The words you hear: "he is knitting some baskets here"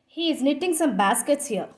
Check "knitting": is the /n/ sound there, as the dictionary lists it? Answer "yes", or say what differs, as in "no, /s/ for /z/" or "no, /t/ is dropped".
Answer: yes